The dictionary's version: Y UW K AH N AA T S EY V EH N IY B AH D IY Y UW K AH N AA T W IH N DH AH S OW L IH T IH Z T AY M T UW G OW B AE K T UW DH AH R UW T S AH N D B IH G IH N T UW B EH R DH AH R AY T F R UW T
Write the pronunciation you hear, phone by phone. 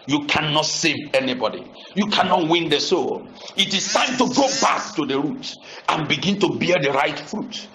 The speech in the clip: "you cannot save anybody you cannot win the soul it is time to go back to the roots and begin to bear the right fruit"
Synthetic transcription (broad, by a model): Y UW K AH N AA T S EY V EH N IY B AH D IY Y UW K AH N AA T W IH N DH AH S OW L IH T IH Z T AY M T UW G OW B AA K T UW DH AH R UW T AH N B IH G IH N T UW B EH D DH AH R AY T F R UW T